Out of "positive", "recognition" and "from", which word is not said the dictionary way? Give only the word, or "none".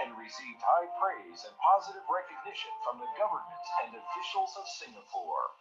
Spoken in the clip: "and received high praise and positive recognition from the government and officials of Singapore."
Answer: none